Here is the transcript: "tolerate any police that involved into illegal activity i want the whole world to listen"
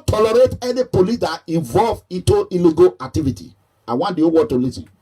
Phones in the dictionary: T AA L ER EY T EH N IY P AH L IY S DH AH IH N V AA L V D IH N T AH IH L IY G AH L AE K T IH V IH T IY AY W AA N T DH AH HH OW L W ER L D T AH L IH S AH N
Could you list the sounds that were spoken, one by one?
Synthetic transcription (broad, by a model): T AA L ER EY T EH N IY P AH L IY S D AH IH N V AA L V IH N T AH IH L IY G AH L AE K T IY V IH T IY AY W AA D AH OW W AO T AH L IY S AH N